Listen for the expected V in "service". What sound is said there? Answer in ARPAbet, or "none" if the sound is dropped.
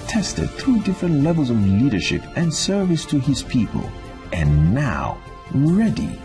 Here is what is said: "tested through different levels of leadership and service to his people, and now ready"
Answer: V